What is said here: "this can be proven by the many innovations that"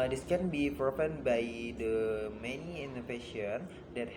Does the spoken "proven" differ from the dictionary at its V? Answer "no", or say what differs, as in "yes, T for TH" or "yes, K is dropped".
yes, P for V